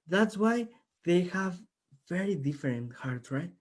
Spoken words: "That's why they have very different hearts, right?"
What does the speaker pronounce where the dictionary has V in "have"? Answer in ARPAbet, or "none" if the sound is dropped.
V